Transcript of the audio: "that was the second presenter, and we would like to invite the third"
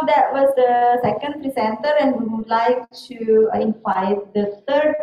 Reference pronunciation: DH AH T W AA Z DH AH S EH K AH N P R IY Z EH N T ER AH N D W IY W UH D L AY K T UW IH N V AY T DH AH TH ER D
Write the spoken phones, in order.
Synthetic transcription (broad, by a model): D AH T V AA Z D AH S EH K AH N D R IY S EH N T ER AH N D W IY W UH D L AY K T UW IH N F AY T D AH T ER D